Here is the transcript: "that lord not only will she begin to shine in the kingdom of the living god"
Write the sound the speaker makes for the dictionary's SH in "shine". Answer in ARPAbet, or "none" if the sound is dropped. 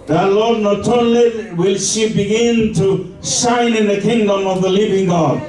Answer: S